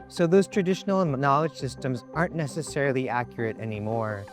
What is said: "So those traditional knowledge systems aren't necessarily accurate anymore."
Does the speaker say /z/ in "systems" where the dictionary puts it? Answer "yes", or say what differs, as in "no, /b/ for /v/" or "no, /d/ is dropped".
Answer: yes